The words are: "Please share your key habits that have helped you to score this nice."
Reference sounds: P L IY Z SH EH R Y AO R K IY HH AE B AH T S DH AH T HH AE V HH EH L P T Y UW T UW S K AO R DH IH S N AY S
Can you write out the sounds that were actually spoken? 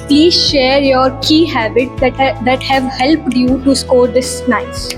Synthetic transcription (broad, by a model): P L IY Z SH EH R Y AO R K IY HH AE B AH T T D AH T HH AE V HH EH L P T Y UW T UW S K AO R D IH S N AY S